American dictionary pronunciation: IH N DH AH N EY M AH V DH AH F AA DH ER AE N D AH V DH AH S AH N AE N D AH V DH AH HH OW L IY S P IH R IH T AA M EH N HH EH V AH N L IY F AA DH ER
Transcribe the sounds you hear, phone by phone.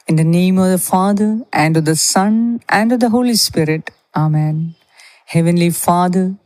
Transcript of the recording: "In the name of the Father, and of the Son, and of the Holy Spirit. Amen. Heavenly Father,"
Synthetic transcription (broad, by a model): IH N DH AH N EY M AH V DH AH F AA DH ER AE N D AH V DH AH S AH N AE N D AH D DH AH HH OW L IY S P IH R IH T AA M EH N HH EH V AH N L IY F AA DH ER